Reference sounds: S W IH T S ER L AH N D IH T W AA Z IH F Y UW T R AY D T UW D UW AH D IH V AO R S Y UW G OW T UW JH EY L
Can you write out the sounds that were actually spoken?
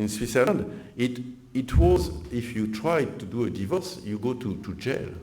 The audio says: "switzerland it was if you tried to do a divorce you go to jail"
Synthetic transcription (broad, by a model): S W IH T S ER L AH N D IH T W AA Z IH F Y UW T R AY D T UW D UW AH D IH V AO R S Y UW G OW T UW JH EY L